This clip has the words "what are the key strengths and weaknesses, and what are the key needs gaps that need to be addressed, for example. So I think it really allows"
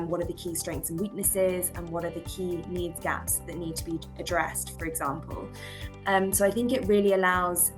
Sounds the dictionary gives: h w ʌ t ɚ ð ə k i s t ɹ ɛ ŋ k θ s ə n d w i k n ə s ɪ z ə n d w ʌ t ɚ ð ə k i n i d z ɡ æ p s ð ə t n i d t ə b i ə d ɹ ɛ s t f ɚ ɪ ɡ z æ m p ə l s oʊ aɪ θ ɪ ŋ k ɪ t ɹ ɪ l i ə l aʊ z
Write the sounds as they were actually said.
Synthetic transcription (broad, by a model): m w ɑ t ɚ ð ə k i s t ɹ ɛ ŋ k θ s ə n w i k n ə s ɪ z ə n w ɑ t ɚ ð ə k i n i d z ɡ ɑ p s ð ə t n i d t ə b i ə d ɹ ɛ s t f ɚ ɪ ɡ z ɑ m p ə l s oʊ aɪ θ ɪ ŋ k ɪ t ɹ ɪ l i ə l aʊ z